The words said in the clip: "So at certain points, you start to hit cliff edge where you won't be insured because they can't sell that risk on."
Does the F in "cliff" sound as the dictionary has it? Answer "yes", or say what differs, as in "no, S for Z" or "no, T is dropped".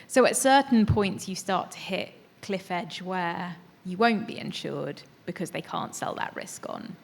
yes